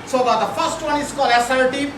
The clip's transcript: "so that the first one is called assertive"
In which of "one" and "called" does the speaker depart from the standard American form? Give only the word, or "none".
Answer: called